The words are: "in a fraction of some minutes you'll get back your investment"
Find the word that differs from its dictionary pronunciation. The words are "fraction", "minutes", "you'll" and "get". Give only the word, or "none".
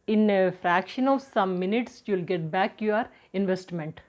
none